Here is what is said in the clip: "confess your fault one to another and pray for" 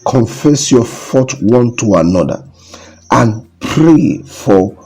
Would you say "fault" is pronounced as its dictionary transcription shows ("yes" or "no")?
no